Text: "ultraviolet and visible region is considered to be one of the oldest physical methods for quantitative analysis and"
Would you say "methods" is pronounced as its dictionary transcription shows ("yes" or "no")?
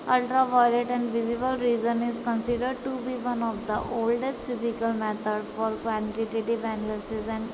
no